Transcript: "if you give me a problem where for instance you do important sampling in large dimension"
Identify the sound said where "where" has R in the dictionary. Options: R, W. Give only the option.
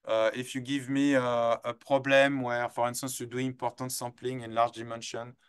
R